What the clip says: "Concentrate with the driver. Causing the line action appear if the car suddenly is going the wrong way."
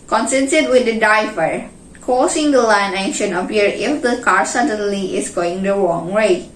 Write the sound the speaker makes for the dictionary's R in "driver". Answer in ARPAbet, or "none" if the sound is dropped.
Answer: none